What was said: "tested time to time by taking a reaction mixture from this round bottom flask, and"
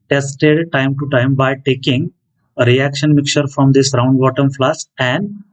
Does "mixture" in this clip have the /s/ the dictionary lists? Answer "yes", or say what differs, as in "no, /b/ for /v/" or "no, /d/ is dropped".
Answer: no, /s/ is dropped